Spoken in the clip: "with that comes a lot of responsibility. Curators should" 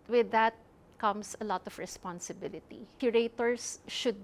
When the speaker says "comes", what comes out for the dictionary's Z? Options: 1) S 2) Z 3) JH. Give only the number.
1